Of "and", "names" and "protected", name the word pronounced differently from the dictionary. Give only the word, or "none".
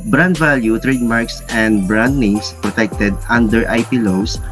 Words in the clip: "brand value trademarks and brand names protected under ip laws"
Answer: names